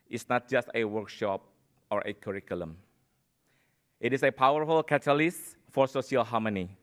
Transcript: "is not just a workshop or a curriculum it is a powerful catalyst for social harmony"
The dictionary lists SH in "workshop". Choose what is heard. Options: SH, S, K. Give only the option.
SH